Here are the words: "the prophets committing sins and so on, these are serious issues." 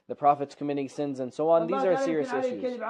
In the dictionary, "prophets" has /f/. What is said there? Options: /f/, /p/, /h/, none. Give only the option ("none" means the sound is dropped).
/f/